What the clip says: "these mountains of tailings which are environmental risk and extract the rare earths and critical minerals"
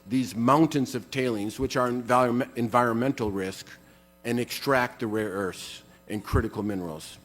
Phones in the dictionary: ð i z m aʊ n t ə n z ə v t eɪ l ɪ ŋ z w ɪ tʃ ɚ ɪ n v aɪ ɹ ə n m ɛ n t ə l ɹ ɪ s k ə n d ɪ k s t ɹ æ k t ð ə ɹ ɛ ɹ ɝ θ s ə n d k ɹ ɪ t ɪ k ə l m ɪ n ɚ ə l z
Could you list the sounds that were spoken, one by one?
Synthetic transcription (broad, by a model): ð i z m aʊ n t ə n z ə v t eɪ l ɪ ŋ z w ɪ tʃ ɚ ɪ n v aɪ ɹ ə n m ɛ n t l ɹ ɪ s k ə n ɪ k s t ɹ æ k t ð ə ɹ ɛ ɹ ɝ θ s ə n k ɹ ɪ t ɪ k l m ɪ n ɚ l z